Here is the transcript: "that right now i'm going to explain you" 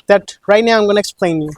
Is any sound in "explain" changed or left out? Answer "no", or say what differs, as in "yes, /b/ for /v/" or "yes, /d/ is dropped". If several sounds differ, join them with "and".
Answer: no